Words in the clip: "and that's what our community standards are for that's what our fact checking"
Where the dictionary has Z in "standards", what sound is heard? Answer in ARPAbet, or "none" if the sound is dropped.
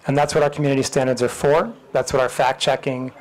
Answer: Z